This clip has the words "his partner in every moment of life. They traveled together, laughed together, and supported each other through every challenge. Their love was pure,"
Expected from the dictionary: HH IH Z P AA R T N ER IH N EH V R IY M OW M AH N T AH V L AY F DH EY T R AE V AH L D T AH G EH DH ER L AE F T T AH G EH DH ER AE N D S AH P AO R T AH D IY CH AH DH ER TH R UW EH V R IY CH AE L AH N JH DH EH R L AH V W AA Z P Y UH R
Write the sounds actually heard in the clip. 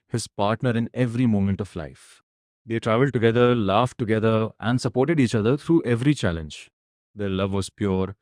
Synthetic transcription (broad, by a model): HH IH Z P AA R T N ER IH N EH V R IY M OW M AH N T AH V L AY F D EY T R AE V AH L D T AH G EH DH ER L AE F T T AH G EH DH ER AE N D S AH P AO R T AH D IY CH AH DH ER T R UW EH V R IY CH AE L AH N JH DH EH R L AH V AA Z P Y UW R